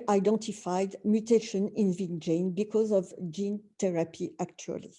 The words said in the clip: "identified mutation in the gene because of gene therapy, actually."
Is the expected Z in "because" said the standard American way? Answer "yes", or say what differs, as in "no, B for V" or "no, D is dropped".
yes